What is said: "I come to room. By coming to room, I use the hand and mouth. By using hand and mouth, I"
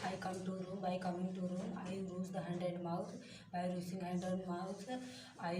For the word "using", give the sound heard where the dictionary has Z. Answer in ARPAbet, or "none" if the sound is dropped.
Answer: S